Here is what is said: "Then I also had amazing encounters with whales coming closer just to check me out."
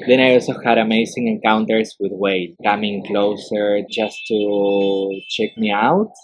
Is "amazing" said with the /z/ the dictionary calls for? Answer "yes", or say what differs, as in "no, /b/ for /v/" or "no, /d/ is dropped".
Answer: no, /s/ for /z/